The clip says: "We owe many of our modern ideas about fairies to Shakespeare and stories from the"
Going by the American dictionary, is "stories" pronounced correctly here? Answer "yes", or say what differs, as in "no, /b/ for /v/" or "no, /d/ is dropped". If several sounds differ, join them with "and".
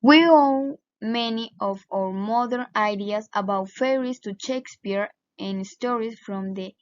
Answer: no, /s/ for /z/